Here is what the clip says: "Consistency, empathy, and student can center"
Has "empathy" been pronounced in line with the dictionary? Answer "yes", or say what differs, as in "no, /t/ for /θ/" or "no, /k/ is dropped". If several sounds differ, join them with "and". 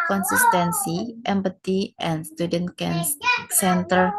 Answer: no, /t/ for /θ/